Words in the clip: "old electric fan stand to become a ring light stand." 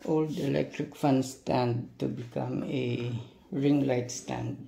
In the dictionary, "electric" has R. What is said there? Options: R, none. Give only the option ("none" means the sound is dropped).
R